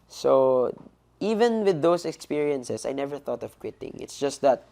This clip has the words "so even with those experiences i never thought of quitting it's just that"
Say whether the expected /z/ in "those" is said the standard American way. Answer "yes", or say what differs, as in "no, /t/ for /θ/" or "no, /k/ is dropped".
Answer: no, /s/ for /z/